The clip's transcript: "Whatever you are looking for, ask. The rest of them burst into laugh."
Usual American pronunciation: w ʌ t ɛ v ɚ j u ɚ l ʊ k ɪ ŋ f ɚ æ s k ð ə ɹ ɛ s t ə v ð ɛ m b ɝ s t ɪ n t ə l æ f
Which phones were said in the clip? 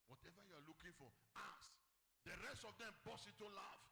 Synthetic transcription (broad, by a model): w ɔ t ɛ v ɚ j u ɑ l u k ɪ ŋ f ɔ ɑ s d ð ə ɹ ɛ s t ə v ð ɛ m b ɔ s ɪ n t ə l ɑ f